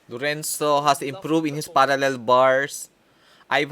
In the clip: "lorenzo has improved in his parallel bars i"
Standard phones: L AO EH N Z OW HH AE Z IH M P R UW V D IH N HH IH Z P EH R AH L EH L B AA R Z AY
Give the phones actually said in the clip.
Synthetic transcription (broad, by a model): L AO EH N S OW HH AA S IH M P R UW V IH N HH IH S P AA R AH L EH L B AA R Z AY